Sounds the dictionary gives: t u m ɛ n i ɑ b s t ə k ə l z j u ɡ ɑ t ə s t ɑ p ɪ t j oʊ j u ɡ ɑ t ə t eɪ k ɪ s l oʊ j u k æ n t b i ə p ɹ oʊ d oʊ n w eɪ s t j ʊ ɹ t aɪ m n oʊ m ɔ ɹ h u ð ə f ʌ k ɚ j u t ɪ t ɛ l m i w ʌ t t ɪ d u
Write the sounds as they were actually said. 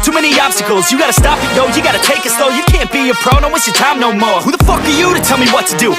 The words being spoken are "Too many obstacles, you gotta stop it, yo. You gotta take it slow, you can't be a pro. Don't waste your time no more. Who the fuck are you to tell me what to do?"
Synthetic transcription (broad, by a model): t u m ɛ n i ɑ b s t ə k l z j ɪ ɡ ɑ t ə s t ɑ p ɪ t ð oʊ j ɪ ɡ ɑ t ə t eɪ k ɪ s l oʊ j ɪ k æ n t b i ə p ɹ oʊ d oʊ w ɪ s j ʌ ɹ t aɪ m n oʊ m ɔ ɹ h u ð ə f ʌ k ɚ j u t ɪ t ɛ l m i w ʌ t t ɪ d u